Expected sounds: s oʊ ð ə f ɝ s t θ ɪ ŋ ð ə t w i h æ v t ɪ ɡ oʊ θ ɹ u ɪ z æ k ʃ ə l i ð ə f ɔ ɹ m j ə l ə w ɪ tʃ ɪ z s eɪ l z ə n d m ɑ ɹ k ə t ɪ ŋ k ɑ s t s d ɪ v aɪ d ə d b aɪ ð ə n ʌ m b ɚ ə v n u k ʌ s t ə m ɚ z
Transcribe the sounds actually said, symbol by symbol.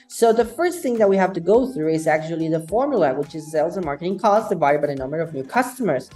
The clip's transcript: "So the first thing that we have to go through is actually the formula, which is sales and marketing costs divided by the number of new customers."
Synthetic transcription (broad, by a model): s oʊ ð ə f ɝ s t θ ɪ ŋ ð ə t w i h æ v t ɪ ɡ oʊ θ ɹ u ɪ z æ k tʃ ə l i ð ə f ɔ ɹ m j ə l ə w ɪ tʃ ɪ z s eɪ l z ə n m ɑ ɹ k ə t ɪ ŋ k ɑ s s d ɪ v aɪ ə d b aɪ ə n ʌ m b ɚ ə v n u k ʌ s t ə m ɚ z